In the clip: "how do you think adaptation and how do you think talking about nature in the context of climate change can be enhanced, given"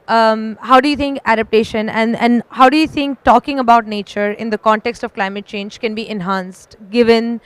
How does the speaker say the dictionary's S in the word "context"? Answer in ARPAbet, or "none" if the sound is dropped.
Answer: S